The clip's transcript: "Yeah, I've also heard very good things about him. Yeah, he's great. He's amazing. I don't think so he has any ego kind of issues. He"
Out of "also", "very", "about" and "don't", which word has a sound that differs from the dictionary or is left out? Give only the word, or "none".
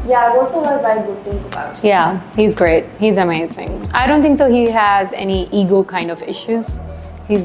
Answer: very